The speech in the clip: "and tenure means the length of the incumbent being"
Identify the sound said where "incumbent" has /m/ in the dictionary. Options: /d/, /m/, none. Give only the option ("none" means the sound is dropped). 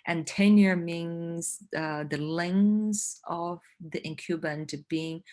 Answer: none